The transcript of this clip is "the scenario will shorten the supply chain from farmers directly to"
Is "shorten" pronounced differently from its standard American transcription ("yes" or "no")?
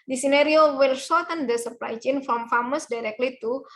yes